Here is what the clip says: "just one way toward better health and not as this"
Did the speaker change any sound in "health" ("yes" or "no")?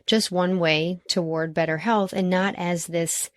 no